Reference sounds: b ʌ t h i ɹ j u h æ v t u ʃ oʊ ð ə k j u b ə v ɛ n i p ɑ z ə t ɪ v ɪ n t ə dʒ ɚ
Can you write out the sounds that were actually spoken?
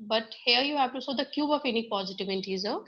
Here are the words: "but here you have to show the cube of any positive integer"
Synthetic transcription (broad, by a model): b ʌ t h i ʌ j u h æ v t u s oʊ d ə k j u b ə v ɛ n i p ɑ z ə t ɪ v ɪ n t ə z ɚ